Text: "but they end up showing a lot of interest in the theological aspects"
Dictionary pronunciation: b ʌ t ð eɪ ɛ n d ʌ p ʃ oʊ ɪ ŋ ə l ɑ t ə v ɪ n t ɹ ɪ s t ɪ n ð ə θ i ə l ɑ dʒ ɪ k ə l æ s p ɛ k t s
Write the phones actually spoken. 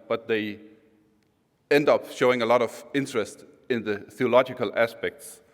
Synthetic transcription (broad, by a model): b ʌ t ð eɪ ɛ n d ʌ p ʃ oʊ ɪ ŋ ə l ɑ t ə v ɪ n t ɹ ɪ s t ɪ n ð ə θ i ə l ɑ dʒ ɪ k ə l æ s p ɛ k t s